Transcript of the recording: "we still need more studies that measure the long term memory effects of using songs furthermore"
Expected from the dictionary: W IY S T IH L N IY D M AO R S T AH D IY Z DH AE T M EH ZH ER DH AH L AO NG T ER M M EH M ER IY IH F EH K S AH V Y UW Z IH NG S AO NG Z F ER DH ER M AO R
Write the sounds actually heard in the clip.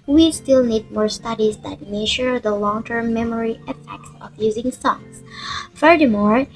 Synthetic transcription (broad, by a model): W IY S T IH L N IY D M AO R S T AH D IY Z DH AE T M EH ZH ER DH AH L AO NG T ER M M EH M ER IY IH F EH K S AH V Y UW Z IH NG S AO NG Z F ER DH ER M AO R